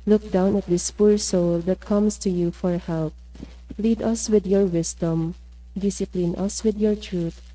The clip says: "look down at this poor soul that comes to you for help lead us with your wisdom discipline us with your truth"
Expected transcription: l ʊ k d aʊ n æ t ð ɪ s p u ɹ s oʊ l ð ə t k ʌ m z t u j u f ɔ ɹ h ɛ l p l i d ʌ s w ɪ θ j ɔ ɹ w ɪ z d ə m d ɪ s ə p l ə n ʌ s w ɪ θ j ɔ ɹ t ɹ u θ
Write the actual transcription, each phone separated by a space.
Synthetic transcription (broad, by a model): l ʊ k d aʊ n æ t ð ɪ s p u ɹ s oʊ l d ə t k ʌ m s t u j u f ɔ ɹ h ɛ l p l i d ʌ s w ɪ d j ɔ ɹ w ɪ s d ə m d ɪ s ə p l ə n ʌ s w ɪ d j ɔ ɹ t ɹ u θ